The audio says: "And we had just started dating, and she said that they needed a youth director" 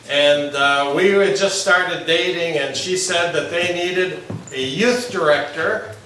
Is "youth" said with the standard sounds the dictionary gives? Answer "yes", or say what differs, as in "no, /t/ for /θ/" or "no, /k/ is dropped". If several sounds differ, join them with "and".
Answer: yes